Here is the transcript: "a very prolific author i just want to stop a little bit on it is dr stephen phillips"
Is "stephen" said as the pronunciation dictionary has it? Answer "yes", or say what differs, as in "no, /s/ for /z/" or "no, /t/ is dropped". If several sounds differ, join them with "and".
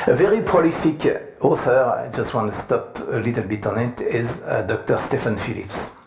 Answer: no, /f/ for /v/